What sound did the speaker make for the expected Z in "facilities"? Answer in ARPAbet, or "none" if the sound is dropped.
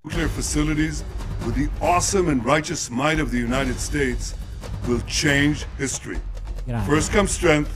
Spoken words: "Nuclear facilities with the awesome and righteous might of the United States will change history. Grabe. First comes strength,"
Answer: Z